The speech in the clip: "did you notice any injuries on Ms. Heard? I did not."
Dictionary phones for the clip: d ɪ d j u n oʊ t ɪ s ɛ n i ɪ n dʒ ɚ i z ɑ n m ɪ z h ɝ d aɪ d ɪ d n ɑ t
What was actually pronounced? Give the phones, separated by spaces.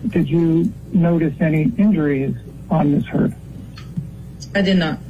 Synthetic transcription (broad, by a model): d ɪ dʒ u n oʊ t ɪ s ɛ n i ɪ n dʒ ɚ i z n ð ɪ s h ɝ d aɪ d ɪ d n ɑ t